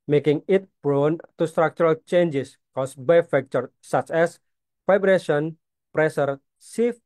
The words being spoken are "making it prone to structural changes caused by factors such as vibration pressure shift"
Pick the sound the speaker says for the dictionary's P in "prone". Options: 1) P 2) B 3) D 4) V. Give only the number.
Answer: 2